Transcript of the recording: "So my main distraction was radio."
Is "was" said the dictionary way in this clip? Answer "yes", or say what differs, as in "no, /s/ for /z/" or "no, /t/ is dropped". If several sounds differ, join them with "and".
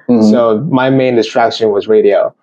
yes